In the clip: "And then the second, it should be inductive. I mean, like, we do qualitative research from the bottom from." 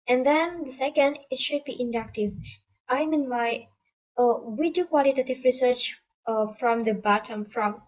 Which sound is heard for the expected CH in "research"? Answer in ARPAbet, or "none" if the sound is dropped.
CH